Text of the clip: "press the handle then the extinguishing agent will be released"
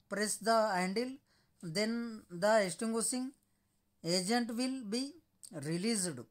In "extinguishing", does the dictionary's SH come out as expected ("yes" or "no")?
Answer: no